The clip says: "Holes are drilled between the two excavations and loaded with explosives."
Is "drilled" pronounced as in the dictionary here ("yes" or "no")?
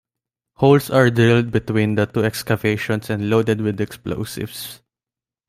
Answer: no